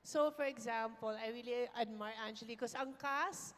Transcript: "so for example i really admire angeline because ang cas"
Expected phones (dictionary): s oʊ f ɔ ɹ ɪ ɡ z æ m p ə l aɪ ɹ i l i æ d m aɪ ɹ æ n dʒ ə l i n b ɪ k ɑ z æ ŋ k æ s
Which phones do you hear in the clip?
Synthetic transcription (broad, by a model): s oʊ f ɔ ɹ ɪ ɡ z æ m p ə l aɪ ɹ i l i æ d m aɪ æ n tʃ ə i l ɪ k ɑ s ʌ ŋ k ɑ s